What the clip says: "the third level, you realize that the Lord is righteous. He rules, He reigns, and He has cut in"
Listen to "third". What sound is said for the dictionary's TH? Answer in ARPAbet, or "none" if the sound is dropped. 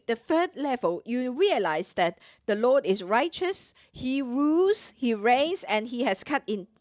F